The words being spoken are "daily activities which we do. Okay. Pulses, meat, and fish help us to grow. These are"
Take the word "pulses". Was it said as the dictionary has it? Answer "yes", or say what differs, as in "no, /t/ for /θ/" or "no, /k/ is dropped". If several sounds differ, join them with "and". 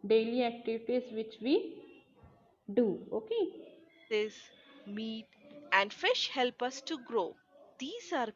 no, /l/ is dropped